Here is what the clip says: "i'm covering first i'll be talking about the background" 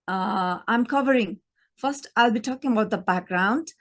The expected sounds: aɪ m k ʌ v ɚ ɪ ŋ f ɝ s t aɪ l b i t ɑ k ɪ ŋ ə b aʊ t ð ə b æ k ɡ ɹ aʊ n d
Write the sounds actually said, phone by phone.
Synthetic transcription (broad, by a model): aɪ m k ʌ v ɚ ɪ ŋ f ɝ s t aɪ l b i t ɑ k ɪ ŋ ə b aʊ t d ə b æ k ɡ ɹ aʊ n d